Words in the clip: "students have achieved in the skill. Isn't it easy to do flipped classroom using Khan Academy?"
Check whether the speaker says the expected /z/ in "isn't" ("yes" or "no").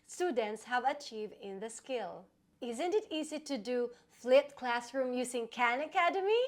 yes